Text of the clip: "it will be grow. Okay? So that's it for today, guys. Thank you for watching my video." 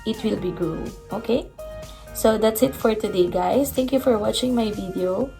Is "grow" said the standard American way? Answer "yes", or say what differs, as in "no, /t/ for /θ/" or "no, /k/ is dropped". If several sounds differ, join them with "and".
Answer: no, /l/ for /ɹ/